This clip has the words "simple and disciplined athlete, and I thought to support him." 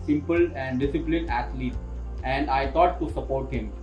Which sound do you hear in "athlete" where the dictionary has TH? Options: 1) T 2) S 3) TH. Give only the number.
1